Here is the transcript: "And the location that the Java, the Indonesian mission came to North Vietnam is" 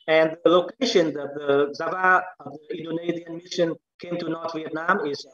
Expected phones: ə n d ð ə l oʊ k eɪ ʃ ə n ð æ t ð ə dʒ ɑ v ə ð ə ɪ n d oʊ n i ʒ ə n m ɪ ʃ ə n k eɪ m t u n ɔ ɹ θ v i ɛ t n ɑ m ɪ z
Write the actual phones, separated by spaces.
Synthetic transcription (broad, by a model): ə n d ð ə l oʊ k eɪ ʃ ə n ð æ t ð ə z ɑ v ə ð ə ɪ n d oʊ n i z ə n m ɪ ʃ ə n k eɪ m t u n ɔ ɹ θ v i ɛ t n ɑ m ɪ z